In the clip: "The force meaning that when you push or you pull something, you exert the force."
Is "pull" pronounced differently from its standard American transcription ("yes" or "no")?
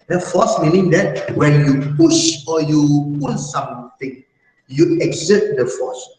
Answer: yes